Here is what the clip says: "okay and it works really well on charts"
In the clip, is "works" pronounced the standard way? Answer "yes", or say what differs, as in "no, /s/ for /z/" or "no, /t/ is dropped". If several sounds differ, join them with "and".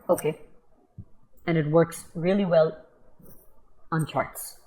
yes